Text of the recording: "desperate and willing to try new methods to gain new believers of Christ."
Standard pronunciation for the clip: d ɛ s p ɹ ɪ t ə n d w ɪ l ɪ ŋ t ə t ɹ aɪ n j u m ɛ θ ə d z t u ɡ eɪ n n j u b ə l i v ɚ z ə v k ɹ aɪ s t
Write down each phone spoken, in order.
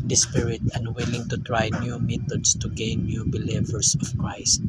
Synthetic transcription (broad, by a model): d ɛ s p ɹ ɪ t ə n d w ɪ l ɪ ŋ t ə t ɹ aɪ n j u m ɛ t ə d s t u ɡ eɪ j n j u b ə l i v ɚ s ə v k ɹ aɪ s t